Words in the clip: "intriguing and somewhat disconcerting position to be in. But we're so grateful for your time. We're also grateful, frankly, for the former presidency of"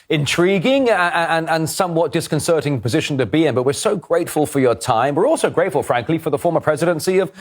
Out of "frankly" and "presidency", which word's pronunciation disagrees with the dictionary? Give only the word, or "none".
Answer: none